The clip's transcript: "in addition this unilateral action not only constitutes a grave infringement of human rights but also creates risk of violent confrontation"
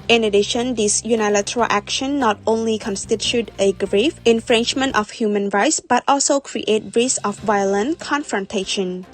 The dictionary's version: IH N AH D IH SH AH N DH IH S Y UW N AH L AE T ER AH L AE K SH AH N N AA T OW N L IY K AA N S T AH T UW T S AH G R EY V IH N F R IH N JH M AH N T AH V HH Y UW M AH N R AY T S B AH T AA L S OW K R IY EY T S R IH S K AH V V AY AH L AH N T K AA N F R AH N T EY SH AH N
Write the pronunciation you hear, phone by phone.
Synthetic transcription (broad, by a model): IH N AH D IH SH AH N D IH S Y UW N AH L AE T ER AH L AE K SH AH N N AA T OW N L IY K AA N S T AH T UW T AH G R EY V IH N F R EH N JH M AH N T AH F HH Y UW M AH N R AY T S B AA T AA L S OW K R IY EY T R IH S AH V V AY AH L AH N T K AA N F R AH N T EY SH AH N